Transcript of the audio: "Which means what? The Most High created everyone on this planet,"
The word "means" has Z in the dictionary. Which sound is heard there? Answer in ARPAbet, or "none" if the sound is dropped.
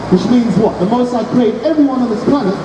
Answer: Z